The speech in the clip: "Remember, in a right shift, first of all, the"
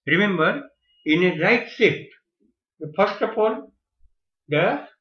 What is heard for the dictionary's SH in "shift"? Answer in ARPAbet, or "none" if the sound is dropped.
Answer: S